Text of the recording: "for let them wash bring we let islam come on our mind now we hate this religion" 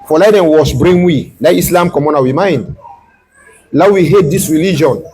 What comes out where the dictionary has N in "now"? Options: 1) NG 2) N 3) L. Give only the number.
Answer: 3